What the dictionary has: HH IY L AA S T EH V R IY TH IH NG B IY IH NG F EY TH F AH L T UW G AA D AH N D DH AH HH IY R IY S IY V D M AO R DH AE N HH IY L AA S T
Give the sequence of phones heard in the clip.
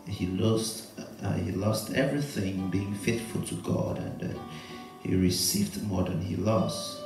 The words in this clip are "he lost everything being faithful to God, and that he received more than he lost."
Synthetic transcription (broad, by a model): HH IY L AA S T EH V R IY TH IH NG B IY IH NG F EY T F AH L T UW G AA D AH N D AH HH IY R IY S IY V D M AO R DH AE N HH IY L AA S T